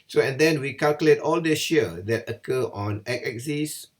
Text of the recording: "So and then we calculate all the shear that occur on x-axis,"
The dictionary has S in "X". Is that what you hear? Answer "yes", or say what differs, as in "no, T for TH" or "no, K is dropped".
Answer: no, S is dropped